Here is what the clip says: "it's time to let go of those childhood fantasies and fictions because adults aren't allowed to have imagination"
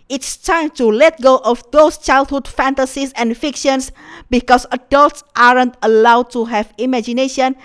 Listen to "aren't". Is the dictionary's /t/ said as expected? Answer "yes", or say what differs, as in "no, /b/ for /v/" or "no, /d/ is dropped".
yes